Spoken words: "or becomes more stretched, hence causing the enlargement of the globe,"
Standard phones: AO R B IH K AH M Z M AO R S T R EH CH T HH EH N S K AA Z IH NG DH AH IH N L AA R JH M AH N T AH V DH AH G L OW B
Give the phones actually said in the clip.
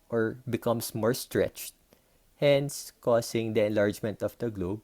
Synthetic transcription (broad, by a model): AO R B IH K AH M S M AO R S T R EH CH T HH EH N S K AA S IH NG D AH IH N L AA R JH M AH N T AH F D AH G L OW B